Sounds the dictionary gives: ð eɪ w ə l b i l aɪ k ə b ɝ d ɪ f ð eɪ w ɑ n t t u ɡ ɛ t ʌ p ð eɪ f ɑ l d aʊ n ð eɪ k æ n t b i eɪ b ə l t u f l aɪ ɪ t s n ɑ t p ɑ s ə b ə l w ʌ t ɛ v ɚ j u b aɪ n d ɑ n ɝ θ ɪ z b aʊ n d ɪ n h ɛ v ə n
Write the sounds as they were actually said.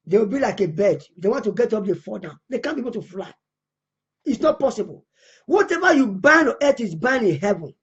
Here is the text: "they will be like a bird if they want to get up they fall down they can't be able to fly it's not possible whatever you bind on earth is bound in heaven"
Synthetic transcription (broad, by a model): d eɪ w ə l b i l aɪ k ə b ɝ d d eɪ w ɑ n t t u ɡ ɛ t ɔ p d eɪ f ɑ d aʊ n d eɪ k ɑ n b i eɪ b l t u f l aɪ ɪ t s n ɑ t p ɑ s ə b ə l w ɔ t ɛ v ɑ j u b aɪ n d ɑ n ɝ t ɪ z b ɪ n ɪ n h ɛ v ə n